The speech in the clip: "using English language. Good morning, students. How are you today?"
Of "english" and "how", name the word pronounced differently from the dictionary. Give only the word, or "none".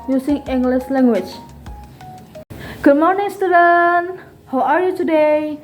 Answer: english